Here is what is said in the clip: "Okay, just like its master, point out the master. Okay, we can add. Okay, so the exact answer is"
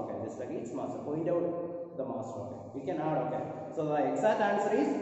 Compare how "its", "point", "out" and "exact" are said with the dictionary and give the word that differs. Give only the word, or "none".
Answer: exact